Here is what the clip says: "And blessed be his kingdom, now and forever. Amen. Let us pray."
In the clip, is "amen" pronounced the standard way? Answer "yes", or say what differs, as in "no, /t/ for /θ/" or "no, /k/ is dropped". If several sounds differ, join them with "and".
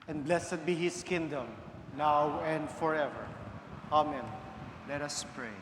yes